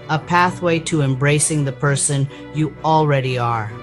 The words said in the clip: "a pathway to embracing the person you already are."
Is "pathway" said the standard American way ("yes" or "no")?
yes